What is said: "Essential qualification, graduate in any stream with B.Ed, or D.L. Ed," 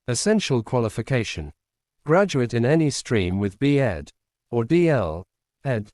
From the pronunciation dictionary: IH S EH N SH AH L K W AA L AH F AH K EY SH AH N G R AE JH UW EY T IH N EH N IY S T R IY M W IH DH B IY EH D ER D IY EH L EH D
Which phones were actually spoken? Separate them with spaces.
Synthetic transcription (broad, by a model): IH S EH N SH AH L K W AA L AH F AH K EY SH AH N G R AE JH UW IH T IH N EH N IY S T R IY M W IH DH B IY EH D ER D IY EH L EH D